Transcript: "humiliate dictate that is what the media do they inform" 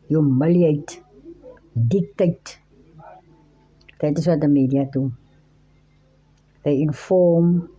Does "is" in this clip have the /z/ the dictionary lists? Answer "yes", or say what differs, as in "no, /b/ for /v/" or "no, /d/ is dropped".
no, /s/ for /z/